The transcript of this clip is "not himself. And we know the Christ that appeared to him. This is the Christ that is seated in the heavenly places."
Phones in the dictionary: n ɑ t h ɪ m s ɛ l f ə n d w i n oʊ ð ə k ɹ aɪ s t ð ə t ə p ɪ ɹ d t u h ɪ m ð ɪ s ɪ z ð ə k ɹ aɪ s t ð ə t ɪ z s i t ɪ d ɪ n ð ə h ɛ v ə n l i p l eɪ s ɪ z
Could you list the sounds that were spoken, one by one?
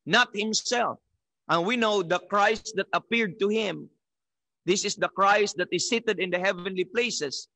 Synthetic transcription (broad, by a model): n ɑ t h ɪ m s ɛ l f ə n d w i n oʊ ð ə k ɹ aɪ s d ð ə t ə p ɪ ɹ d t u h ɪ m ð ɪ s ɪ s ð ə k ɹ aɪ s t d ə t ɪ s i t ɪ d ɪ n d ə h ɛ v ə n l i p l eɪ s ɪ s